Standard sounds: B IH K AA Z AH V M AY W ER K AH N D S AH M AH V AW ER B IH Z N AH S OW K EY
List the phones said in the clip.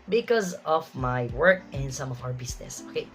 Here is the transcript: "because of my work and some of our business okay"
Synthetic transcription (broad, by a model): B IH K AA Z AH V M AY W ER K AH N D S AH M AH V AW ER B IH S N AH S OW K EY